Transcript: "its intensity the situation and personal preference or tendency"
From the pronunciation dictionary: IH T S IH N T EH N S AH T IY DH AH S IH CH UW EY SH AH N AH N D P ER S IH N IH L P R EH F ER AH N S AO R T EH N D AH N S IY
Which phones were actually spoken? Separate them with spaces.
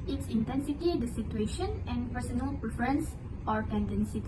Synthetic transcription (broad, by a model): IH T S IH N T EH N S AH T IY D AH S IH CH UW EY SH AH N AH N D P ER S IH N IH L P R EH F ER AH N S AO R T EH N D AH N S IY